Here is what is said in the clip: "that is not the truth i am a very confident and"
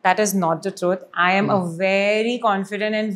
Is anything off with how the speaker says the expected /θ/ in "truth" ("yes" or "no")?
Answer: yes